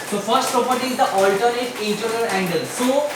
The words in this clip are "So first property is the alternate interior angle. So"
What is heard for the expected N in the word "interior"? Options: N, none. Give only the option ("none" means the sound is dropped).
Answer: none